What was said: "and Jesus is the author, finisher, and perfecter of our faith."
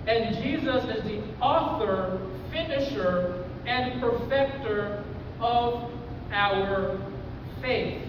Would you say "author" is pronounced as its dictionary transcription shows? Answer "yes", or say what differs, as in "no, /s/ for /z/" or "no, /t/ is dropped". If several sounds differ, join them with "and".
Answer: yes